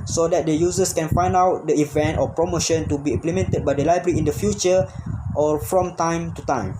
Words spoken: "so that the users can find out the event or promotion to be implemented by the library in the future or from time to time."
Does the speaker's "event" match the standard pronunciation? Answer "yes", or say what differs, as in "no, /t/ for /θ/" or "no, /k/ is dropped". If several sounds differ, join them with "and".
yes